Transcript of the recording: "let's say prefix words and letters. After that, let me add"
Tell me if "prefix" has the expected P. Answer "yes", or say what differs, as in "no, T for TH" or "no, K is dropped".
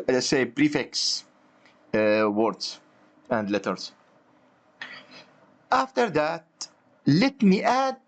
no, B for P